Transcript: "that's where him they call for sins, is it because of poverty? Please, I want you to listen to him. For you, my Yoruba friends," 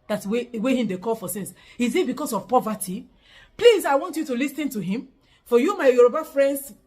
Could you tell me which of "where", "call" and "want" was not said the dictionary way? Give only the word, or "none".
where